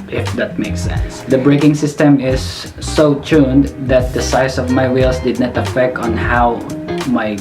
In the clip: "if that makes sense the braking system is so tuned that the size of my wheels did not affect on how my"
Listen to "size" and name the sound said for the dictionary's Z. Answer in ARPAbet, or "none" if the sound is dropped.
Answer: S